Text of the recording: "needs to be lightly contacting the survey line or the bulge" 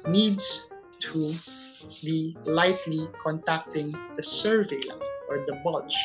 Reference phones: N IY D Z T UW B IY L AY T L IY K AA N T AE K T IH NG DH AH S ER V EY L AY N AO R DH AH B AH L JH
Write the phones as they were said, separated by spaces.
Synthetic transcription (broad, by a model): N IY D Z T UW B IY L AY T L IY K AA N T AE K T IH NG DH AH S ER V EY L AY AO R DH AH B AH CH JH